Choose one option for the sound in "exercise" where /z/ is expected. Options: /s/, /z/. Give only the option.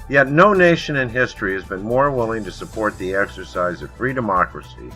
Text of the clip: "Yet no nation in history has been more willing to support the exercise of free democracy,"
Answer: /z/